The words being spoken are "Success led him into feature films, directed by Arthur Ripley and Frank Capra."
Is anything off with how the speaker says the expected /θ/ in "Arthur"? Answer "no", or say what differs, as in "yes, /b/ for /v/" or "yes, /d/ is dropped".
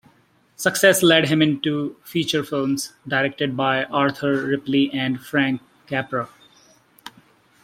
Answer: yes, /t/ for /θ/